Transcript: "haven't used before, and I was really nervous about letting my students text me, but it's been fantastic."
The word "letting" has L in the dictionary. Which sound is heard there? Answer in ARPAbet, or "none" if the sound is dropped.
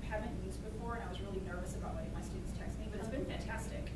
W